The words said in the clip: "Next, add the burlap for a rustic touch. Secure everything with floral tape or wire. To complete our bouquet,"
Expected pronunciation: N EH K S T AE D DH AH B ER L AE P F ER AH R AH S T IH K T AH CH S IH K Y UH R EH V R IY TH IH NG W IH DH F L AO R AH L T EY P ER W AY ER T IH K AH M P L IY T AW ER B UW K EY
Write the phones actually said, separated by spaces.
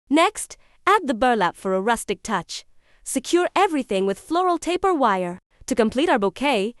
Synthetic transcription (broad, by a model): N EH K S T AE D DH AH B ER L AE P F ER AH R AH S T IH K T AH CH S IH K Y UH R EH V R IY TH IH NG W IH DH F L AO R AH L T EY P ER W AY ER T IH K AH M P L IY T AW ER B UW K EY